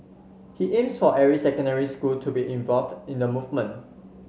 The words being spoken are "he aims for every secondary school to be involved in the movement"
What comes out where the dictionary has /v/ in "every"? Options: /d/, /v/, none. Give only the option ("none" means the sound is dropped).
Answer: none